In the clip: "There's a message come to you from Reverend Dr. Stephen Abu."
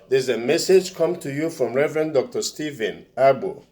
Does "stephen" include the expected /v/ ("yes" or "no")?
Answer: yes